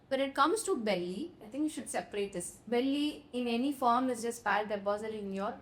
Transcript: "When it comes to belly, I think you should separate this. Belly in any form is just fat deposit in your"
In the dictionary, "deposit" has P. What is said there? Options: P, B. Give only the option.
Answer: B